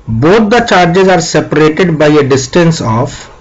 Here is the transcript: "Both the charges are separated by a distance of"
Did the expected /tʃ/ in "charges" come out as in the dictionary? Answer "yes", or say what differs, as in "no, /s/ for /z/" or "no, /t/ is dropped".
yes